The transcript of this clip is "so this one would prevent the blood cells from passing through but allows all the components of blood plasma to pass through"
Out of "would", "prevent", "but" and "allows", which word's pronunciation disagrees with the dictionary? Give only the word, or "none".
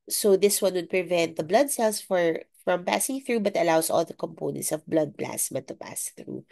allows